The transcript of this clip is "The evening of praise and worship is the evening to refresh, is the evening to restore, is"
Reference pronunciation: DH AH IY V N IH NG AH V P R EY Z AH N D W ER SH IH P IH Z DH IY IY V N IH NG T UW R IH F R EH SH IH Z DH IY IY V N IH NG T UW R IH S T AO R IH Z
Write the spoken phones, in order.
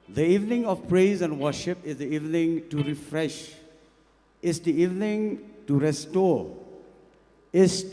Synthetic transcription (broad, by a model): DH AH IY V N IH NG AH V P R EY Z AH N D W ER SH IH P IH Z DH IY IY V N IH NG T UW R IH F R EH SH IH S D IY IY V N IH NG T UW R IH S T AO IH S